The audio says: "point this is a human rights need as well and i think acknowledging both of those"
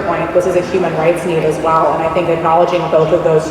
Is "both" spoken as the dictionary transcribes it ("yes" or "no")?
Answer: yes